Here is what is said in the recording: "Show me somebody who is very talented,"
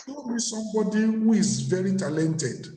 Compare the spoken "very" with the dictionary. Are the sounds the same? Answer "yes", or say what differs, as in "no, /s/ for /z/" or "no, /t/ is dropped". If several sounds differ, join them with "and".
yes